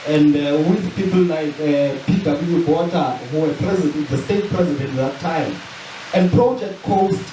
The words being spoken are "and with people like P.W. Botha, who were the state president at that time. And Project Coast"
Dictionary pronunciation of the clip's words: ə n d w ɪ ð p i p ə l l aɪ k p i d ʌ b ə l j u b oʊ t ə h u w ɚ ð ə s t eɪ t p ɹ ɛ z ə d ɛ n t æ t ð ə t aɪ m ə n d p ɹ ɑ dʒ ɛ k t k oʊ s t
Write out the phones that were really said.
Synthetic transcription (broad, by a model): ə n d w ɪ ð p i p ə l n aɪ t p i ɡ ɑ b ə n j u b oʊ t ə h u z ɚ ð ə s t eɪ t p ɹ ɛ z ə d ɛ n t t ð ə t aɪ m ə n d p ɹ ɑ dʒ ɛ k t k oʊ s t